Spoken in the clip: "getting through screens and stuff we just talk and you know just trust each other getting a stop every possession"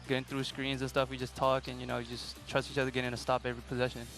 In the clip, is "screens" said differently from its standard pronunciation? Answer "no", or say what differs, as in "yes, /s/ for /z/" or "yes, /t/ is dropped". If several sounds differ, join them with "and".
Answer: no